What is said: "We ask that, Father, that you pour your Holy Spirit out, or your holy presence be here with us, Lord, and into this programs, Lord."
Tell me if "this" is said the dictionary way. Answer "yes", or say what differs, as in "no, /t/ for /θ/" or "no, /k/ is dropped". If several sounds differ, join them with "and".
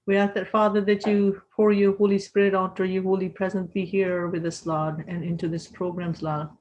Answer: yes